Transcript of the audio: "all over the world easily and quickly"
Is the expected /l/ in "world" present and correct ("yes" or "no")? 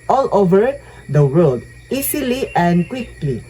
no